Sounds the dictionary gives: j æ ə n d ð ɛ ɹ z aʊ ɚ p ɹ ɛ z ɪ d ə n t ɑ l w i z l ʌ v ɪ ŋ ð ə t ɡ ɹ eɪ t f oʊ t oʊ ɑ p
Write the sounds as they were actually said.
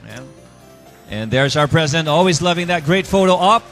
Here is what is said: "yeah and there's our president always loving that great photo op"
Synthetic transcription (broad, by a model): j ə n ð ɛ ɹ z aʊ ɚ p ɹ ɛ z ɪ d ə n t ɑ l w i z l ʌ v ɪ ŋ ð ə t ɡ ɹ eɪ t f oʊ t oʊ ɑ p